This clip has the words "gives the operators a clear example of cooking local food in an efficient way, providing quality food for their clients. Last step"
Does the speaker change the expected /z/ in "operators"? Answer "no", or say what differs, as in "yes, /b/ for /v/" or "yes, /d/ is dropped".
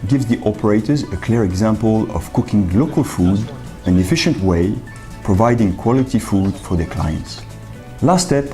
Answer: no